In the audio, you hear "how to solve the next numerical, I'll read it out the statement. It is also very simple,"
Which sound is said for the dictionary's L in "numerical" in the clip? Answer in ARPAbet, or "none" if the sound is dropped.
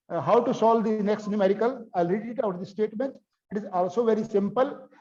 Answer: L